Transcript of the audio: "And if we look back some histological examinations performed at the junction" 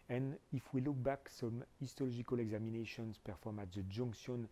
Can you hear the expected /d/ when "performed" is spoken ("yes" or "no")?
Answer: no